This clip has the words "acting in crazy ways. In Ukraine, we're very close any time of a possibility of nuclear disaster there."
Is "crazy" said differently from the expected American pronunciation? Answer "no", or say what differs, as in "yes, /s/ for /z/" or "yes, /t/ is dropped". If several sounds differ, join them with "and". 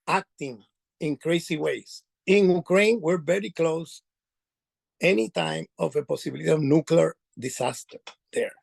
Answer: yes, /s/ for /z/